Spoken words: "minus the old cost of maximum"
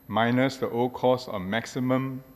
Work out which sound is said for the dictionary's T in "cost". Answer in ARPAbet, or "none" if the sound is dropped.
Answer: none